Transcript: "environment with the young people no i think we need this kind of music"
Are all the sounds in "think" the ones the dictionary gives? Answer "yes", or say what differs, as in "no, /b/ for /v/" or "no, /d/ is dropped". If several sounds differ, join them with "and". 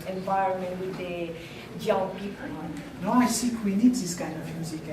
no, /s/ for /θ/ and /ŋ/ is dropped